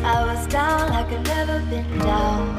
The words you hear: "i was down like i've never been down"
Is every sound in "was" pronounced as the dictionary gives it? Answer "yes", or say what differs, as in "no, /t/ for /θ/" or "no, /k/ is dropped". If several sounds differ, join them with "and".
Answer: yes